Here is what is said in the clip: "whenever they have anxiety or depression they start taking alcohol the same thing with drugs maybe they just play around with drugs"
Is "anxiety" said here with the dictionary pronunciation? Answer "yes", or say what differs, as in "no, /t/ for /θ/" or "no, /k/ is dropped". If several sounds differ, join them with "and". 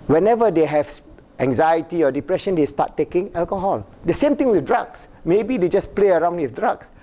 yes